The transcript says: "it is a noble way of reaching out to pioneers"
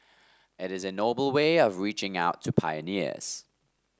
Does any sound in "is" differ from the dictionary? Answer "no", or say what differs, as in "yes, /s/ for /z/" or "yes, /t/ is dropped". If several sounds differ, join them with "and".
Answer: no